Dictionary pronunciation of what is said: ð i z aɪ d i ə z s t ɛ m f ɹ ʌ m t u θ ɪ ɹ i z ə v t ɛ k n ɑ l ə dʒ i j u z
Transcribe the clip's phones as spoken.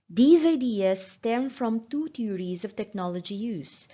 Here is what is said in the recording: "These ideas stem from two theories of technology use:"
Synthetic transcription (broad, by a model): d i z aɪ d i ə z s t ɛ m f ɹ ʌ m t u t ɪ ɹ i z ə v t ɛ k n ɑ l ə dʒ i j u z